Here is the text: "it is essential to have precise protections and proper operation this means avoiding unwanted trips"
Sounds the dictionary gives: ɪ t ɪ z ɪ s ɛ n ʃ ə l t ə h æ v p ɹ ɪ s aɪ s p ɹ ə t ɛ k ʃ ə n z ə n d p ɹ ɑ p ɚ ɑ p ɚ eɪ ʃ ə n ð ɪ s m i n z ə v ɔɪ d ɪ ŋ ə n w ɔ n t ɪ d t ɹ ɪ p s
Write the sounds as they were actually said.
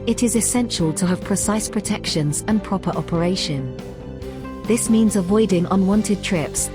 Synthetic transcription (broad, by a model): ɪ t ɪ z ɪ s ɛ n ʃ ə l t ə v p ɹ ɪ s aɪ s p ɹ ə t ɛ k ʃ ə n z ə n p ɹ ɑ p ɚ ɑ p ɚ eɪ ʃ ə n ð ɪ s m i n z ə v ɔɪ d ɪ ŋ ə n w ɔ n t ɪ d t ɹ ɪ p s